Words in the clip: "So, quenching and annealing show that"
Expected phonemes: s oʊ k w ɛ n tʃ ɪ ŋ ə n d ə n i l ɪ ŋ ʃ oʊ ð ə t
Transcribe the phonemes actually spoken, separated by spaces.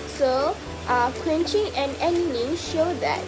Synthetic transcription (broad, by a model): s oʊ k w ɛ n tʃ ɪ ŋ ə n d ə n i n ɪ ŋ ʃ oʊ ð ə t